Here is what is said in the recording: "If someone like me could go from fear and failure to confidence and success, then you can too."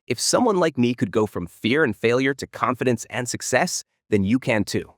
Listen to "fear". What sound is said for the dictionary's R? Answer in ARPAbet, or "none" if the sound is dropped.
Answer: R